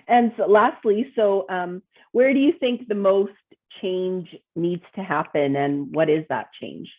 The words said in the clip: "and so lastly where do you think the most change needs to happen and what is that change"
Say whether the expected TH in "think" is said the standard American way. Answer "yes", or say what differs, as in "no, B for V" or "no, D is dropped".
yes